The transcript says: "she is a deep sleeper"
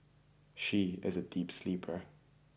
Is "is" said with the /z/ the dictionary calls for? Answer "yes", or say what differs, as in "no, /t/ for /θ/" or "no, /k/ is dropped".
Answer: yes